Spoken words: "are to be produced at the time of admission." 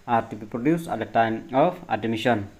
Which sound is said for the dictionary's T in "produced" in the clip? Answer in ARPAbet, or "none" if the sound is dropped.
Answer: none